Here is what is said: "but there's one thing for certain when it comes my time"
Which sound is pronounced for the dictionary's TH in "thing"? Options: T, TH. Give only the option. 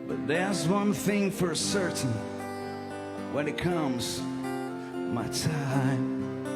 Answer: TH